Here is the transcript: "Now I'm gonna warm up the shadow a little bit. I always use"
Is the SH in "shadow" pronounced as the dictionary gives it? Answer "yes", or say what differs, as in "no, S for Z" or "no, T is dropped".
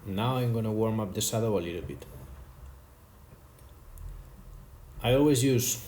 no, S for SH